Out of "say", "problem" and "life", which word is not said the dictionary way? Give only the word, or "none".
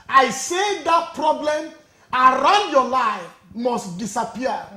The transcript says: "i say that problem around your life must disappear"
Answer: none